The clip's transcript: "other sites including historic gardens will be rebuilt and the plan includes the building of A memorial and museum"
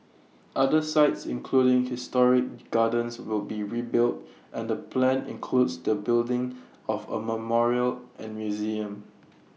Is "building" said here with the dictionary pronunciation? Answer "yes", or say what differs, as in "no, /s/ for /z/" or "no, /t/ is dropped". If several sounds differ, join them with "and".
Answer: yes